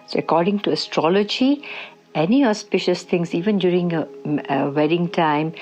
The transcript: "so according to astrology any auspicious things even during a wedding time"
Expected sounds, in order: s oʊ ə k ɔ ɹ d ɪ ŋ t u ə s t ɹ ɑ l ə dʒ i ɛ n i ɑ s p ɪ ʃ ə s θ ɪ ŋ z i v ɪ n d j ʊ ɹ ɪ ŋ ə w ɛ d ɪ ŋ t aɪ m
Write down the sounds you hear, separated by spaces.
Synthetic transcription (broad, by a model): s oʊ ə k ɔ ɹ d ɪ ŋ t u ə s t ɹ ɑ l ə dʒ i ɛ n i ɑ s p ɪ ʃ ə s t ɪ ŋ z i v ɪ n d j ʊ ɹ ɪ ŋ ə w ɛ d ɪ ŋ t aɪ m